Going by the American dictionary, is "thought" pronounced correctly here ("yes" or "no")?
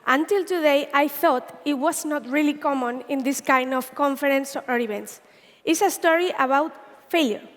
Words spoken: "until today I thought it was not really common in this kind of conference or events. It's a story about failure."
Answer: yes